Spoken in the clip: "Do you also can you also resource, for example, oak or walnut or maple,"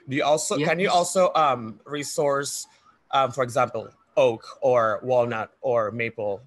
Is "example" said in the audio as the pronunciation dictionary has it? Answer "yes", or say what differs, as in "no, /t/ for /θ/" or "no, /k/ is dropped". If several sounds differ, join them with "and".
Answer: yes